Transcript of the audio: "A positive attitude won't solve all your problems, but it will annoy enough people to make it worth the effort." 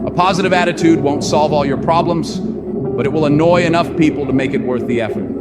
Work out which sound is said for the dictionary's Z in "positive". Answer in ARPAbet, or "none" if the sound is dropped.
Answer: Z